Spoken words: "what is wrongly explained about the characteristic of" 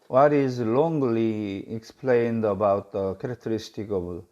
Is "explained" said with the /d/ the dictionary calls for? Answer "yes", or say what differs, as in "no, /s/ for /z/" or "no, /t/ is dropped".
yes